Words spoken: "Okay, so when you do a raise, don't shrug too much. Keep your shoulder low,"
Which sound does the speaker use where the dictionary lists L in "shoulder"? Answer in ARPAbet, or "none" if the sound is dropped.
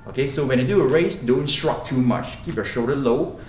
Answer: none